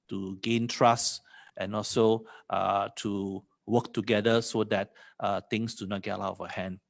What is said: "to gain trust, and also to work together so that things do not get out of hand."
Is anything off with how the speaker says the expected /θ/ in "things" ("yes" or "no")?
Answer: yes